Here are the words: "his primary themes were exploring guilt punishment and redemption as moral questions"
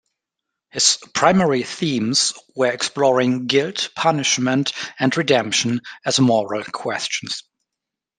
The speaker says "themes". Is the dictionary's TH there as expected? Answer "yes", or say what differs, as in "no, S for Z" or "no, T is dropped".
yes